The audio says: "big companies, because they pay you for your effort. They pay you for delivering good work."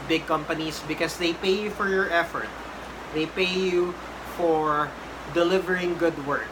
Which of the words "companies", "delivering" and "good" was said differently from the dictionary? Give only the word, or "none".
companies